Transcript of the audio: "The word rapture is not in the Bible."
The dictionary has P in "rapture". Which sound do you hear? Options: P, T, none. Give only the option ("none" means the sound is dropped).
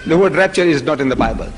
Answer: P